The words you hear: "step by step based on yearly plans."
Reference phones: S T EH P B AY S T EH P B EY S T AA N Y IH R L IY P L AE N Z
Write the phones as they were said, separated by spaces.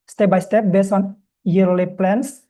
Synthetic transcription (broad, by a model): S T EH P B AY S T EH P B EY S AA N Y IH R L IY P L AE N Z